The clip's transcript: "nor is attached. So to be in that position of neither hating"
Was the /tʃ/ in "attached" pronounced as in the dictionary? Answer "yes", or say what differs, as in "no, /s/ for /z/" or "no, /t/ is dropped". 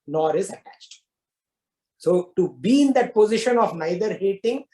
yes